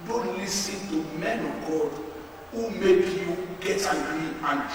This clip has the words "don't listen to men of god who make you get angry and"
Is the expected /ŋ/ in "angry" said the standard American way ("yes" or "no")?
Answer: no